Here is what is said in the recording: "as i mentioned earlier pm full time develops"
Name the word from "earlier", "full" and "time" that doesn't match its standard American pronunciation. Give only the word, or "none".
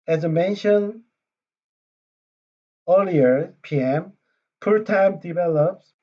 full